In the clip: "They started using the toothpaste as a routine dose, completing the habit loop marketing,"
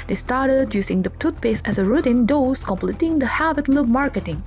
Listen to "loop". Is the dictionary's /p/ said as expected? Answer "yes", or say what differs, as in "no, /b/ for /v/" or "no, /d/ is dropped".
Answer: no, /b/ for /p/